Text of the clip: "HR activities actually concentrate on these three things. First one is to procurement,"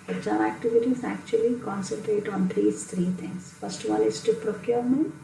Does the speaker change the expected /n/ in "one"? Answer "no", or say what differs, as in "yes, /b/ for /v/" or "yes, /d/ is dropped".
yes, /l/ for /n/